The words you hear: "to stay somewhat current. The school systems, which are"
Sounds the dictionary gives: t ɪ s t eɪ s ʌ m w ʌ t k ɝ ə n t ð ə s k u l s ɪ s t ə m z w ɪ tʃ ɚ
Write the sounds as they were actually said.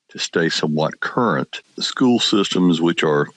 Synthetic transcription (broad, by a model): t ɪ s t eɪ s ʌ m w ʌ t k ɝ ə n t s k u l s ɪ s t ə m z w ɪ tʃ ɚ